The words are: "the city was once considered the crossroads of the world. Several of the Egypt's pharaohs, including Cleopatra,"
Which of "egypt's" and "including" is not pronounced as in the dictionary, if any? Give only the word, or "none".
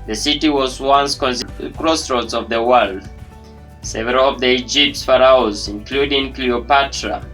none